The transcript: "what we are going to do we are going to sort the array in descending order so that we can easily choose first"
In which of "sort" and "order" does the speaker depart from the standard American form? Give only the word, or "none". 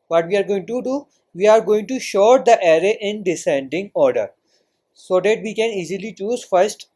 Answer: sort